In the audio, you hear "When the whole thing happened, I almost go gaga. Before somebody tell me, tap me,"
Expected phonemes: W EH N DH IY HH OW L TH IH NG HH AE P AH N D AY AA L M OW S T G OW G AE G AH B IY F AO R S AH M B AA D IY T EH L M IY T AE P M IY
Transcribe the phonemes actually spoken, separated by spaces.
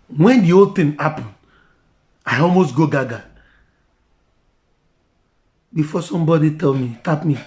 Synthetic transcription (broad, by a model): W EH N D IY OW L T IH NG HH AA P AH N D AY AA L M OW S T G OW G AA G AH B IY F AO S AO M B AA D IY T EH L M IY T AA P M IY